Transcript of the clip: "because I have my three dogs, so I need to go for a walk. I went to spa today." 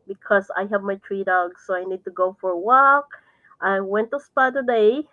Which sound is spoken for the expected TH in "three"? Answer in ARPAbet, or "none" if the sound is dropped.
T